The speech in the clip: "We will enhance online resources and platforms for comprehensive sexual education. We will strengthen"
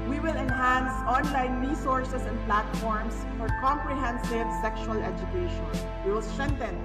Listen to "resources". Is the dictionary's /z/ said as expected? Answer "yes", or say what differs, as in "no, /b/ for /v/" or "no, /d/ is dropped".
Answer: no, /s/ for /z/